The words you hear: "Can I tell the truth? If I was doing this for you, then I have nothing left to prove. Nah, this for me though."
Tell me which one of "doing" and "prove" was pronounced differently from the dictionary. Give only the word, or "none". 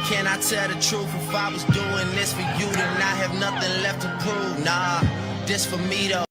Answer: prove